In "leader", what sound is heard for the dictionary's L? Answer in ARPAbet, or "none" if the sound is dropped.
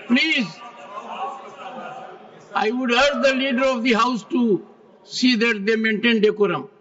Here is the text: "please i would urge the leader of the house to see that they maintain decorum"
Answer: L